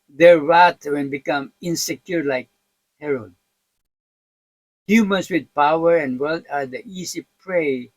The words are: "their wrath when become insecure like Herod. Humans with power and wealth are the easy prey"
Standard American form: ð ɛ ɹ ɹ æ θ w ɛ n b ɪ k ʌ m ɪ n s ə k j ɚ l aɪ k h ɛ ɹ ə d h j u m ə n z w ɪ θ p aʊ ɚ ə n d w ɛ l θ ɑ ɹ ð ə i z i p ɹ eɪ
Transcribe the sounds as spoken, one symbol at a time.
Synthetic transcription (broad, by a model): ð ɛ ɹ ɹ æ t w ɛ n b ɪ k ʌ m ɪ n s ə k j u l aɪ k h ɛ ɹ ə d h j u m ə n s w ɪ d p aʊ ɚ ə n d w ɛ l t ɑ ɹ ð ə i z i p ɹ eɪ